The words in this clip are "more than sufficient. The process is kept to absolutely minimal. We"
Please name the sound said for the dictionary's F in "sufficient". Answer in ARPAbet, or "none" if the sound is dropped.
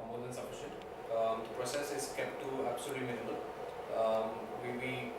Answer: P